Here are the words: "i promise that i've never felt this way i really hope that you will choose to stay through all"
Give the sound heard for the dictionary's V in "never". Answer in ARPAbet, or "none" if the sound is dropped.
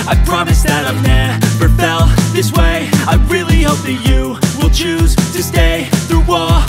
B